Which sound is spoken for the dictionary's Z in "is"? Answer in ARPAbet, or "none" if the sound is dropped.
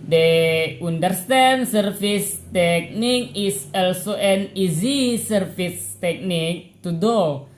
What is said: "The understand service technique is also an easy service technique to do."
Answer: S